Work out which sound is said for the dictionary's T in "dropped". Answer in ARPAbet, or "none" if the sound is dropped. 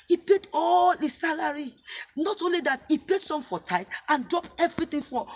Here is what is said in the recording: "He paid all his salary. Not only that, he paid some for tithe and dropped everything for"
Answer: none